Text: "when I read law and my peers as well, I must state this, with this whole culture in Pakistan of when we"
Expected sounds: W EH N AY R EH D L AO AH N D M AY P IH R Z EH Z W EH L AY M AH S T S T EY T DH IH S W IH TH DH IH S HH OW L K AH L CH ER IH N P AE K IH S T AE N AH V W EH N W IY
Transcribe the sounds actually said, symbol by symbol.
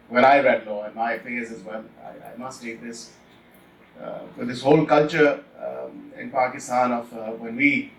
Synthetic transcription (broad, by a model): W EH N AY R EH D L AO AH N M AY F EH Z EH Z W EH L AY M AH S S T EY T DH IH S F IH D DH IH S HH OW L K AH L CH ER IH N P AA K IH S T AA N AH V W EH N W IY